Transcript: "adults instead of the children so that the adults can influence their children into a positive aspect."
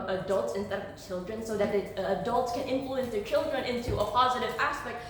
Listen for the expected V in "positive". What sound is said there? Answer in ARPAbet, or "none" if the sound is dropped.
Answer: V